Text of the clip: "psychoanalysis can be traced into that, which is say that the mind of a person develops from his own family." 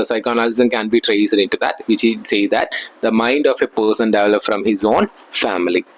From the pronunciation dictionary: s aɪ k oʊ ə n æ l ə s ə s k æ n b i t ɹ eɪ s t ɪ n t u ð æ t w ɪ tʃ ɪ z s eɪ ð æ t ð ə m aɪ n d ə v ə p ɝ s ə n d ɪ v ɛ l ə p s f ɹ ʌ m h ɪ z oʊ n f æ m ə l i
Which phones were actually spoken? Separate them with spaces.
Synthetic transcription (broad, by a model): s aɪ k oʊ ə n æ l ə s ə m k æ n b i t ɹ eɪ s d ɪ n t u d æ t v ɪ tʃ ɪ s eɪ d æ t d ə m aɪ n d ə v ə p ɝ s ə n d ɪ v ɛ l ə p f ɹ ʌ m h ɪ z oʊ n f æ m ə l i